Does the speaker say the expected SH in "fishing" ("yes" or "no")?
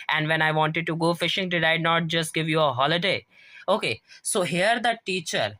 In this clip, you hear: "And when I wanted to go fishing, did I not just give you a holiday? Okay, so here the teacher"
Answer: yes